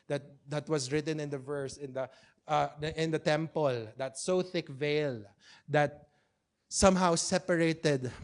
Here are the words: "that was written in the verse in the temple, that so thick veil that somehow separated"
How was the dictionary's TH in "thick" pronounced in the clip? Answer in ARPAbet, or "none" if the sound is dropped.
TH